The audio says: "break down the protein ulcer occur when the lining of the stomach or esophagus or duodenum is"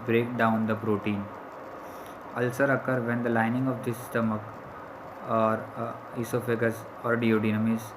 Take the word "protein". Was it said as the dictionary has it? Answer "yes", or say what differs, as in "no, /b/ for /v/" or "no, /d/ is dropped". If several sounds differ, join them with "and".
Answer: yes